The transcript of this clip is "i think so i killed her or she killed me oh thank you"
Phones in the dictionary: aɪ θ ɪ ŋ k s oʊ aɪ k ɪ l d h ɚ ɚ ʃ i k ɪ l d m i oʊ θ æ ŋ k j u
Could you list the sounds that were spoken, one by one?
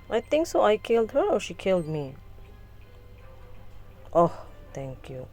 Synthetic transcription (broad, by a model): aɪ t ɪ ŋ k s oʊ aɪ k ɪ l d h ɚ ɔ ʃ i k ɪ l d m i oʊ t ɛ ŋ k j u